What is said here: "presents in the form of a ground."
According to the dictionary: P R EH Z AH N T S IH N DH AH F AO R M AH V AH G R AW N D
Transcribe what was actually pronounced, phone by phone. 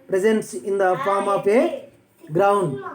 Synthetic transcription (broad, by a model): P R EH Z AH N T S IH N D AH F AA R M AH P AH G R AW N D